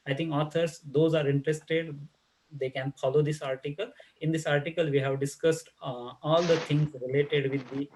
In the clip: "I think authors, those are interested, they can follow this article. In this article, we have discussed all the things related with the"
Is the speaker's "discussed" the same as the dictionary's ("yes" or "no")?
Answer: yes